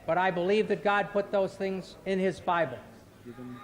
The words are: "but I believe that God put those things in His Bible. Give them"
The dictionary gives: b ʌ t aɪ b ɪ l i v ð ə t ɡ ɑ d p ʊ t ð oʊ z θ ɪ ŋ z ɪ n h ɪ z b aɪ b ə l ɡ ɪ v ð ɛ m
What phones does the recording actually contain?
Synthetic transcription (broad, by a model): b ʌ t aɪ b ɪ l i v ð ə t ɡ ɑ d p ʊ t ð oʊ z θ ɪ ŋ z ɪ n ɪ z b aɪ b ə l